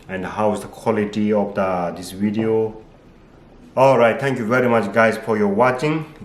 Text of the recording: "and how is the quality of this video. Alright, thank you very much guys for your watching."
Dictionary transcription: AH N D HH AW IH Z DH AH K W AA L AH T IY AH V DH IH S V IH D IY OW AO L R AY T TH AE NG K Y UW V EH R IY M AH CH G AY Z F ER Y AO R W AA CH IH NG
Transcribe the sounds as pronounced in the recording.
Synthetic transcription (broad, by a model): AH N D HH AW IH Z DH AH K W AA L AH T IY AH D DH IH S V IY D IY OW AO L R AY T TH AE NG K Y UW V EH R IY M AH CH G AY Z F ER Y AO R W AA CH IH NG